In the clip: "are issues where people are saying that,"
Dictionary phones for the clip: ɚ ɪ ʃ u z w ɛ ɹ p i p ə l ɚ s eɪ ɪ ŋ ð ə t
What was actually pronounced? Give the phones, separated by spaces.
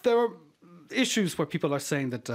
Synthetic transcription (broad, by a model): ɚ ɪ ʃ u z w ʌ ɹ p i p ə l ɚ s eɪ ɪ ŋ ð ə t